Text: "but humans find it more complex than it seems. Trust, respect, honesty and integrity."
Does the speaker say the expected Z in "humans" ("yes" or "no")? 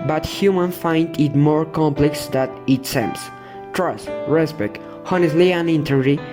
no